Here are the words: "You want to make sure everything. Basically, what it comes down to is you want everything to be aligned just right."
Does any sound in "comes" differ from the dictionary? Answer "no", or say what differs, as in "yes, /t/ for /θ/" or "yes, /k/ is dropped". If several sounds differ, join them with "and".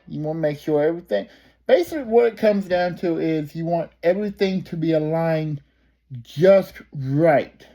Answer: no